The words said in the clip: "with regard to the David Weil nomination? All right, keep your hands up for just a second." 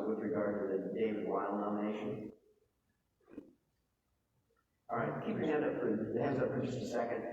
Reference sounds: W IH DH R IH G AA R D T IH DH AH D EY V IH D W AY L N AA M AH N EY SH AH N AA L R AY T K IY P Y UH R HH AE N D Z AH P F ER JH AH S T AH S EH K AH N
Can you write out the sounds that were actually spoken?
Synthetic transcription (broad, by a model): W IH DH R IH G AA R D T IH DH AH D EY IH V W AY L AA AH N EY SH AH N AA L R AY T K IY P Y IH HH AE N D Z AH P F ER JH AH S T AH S EH K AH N